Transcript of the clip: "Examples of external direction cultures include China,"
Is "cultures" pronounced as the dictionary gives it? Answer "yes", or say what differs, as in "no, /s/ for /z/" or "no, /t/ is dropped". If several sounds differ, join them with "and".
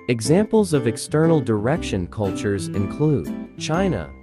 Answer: yes